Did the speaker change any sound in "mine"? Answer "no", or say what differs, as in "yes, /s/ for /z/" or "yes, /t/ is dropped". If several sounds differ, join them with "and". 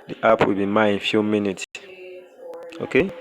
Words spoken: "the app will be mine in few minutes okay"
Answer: yes, /n/ is dropped